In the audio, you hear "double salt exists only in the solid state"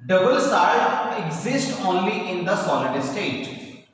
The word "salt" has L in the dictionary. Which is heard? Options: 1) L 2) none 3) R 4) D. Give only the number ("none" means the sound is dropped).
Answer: 2